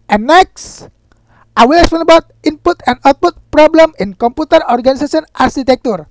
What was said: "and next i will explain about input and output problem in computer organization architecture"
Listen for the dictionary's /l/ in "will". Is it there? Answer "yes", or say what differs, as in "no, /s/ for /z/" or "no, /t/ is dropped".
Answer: no, /w/ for /l/